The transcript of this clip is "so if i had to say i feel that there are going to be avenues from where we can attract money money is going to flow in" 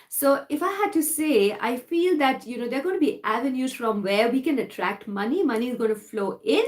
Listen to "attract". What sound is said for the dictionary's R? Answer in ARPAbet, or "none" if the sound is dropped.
R